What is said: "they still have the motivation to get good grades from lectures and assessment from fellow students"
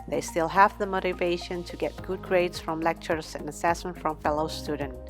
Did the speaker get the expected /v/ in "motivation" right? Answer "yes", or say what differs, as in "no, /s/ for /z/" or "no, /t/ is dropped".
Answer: yes